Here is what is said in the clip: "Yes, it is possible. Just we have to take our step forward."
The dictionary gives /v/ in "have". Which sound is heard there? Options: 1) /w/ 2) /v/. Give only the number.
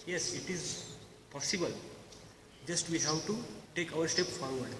1